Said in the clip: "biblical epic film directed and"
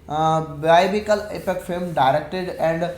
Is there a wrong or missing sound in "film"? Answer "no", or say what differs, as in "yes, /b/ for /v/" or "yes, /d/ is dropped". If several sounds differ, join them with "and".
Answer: yes, /l/ is dropped